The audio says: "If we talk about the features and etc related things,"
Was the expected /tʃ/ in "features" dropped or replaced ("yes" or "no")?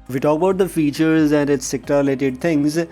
no